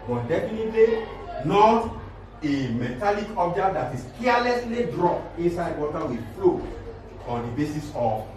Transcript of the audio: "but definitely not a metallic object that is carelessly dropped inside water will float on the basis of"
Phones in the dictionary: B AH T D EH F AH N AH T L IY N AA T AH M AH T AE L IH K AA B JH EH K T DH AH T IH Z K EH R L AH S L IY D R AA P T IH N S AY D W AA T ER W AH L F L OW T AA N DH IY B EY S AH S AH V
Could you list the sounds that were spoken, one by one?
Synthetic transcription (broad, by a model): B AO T D EH F AH N AH T L IY N AA T AH M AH T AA L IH K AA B JH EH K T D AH T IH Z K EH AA L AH S L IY D R AA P IH N S AY D W AA T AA W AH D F L OW AA N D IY B EY S AH S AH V